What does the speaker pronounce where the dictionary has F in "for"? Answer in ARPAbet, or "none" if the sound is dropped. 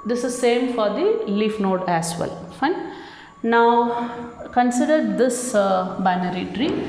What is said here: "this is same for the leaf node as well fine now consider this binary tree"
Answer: F